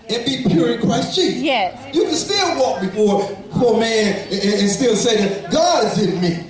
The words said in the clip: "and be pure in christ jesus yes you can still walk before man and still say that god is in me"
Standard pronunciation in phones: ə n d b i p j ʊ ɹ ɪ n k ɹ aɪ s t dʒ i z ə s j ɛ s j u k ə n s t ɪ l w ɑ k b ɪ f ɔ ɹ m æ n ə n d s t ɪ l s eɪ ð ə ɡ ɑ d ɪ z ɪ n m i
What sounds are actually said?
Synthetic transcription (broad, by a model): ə n b i p j ʊ ɹ ɪ n k ɹ aɪ s t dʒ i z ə j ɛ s j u k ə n s t ɪ l w ɑ k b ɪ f ɔ ɹ m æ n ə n s t ɪ l s eɪ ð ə ɡ ɑ d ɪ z ɪ n m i